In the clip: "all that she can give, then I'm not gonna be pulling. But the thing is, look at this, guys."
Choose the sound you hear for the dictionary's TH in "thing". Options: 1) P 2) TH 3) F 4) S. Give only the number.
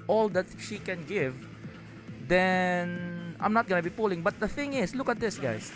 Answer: 2